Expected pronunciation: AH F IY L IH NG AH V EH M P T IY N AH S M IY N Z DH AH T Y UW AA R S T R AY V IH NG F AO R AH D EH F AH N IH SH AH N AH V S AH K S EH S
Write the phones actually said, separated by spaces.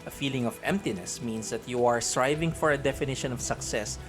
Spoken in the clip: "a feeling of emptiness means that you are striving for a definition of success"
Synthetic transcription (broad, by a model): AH F IY L IH NG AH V EH M P T IY N AH S M IY N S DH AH T Y UW AA R S T R AY V IH NG F AO R AH D EH F AH N IH SH AH N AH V S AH K S EH S